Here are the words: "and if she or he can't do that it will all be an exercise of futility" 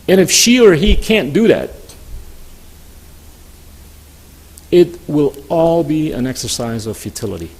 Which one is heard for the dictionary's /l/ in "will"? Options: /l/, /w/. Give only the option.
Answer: /l/